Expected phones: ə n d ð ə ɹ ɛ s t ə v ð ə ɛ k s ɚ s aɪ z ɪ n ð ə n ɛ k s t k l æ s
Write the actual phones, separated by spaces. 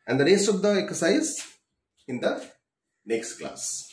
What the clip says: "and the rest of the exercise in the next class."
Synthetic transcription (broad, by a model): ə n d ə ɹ ɛ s ə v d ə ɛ k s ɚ s aɪ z ɪ n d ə n ɛ k s t k l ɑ s